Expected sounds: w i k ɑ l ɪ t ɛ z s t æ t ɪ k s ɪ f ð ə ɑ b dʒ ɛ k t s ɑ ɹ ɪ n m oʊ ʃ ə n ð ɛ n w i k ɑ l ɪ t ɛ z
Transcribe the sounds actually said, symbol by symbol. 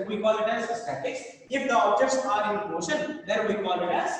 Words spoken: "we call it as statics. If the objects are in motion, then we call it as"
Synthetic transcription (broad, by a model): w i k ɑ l ɪ t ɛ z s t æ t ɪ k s ɪ f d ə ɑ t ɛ t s ɑ ɹ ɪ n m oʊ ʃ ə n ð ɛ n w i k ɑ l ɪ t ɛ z